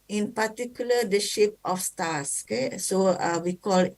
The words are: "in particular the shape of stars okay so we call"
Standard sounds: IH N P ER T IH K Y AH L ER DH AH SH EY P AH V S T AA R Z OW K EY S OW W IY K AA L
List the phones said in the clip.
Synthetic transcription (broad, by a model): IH N P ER T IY K Y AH L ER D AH SH EY P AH F S T AA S OW K EY S OW W IY K AA L